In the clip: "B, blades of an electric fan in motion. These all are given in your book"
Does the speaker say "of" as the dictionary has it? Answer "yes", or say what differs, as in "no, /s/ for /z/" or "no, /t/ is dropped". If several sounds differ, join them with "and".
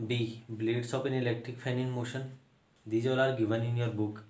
no, /p/ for /v/